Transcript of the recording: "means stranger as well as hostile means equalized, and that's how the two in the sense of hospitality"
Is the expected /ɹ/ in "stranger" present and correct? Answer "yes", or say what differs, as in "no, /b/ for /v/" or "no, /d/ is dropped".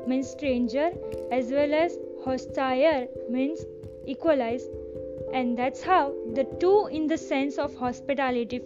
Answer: yes